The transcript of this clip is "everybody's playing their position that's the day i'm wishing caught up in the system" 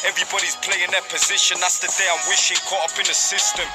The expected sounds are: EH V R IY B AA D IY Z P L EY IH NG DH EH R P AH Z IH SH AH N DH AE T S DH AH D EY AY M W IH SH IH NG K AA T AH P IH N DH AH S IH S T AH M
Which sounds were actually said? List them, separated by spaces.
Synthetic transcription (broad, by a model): EH V R IY B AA D IY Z P L EY IH NG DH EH P AH Z IH SH AH N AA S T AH D EY AY M W IH SH IH NG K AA AH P IH N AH S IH S T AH M